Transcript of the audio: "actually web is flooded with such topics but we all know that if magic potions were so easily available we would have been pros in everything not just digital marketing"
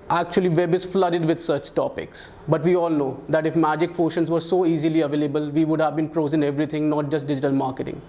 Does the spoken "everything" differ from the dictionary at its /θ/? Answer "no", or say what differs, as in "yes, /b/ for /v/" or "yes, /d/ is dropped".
yes, /t/ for /θ/